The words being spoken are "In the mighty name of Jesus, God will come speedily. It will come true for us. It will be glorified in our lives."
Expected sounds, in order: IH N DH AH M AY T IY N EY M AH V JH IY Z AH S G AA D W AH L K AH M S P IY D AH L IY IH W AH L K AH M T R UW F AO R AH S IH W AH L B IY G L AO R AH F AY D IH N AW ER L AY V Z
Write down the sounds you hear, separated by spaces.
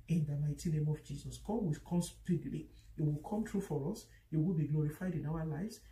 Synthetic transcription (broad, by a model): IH N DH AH M AY T IY N EY M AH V JH IY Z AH S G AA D W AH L K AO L S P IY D L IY IH W AH L K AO M T R UW F AO R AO S IH W AH L B IY G L AO R AH F AY D IH N AW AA L AY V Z